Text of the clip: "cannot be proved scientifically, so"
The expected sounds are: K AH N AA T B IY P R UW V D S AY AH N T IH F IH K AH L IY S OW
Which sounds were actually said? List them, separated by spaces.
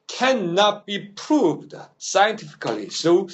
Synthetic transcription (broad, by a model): K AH N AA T B IY P R UW V D S AY AH N T IH F IH K AH L IY S OW